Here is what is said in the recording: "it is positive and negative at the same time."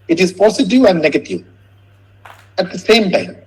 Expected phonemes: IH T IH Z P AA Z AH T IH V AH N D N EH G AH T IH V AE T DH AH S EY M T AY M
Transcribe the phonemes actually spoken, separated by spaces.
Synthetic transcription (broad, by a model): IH T IH Z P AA S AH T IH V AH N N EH G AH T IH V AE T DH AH S EY M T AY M